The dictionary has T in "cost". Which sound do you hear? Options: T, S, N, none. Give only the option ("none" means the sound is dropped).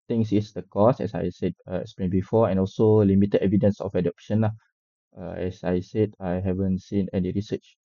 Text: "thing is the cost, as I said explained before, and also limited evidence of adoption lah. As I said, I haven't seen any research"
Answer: none